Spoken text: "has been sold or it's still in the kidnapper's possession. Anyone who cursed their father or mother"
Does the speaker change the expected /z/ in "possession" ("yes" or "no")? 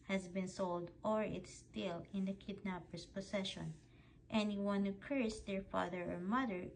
yes